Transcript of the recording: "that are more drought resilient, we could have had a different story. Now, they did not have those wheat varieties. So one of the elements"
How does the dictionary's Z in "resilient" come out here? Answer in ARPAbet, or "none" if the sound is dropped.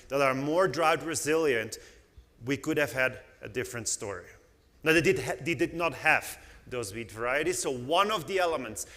Z